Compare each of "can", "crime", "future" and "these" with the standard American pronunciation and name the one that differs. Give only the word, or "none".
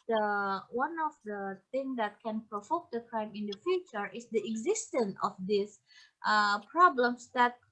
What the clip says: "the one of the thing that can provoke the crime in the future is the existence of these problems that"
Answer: these